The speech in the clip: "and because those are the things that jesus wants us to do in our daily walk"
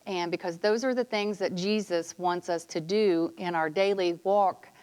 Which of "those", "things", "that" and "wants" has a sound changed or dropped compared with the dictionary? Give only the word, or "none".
none